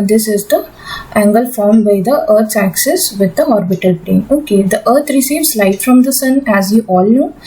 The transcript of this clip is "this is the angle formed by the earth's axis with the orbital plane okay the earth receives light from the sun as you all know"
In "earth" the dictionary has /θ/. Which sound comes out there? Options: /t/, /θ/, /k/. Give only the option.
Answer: /t/